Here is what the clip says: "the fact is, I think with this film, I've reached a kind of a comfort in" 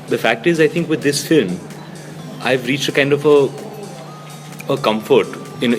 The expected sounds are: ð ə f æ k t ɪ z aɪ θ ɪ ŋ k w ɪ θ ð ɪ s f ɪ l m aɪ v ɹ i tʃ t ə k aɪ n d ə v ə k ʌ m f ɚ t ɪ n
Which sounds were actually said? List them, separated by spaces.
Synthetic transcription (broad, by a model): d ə f æ k t ɪ z aɪ t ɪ ŋ k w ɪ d ɪ s f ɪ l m aɪ v ɹ i tʃ t ə k aɪ n d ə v ə k ʌ m f ɚ t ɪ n